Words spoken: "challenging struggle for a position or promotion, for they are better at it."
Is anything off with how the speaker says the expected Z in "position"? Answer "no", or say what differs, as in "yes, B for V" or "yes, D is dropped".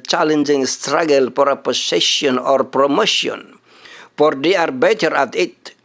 yes, S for Z